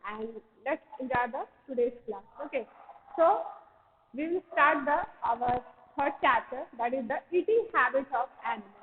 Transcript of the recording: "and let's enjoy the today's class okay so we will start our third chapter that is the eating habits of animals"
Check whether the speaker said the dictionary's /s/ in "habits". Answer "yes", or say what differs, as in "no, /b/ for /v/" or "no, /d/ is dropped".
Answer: no, /s/ is dropped